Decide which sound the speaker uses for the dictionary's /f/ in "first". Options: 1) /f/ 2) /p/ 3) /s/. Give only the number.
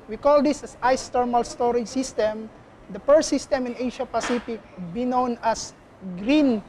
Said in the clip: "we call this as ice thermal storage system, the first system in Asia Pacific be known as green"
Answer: 2